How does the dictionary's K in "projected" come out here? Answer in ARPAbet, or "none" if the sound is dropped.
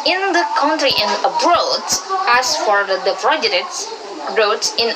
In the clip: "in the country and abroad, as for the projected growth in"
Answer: none